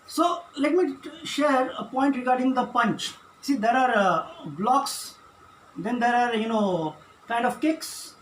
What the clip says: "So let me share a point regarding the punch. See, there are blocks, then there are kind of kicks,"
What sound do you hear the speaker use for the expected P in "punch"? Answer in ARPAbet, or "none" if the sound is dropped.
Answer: P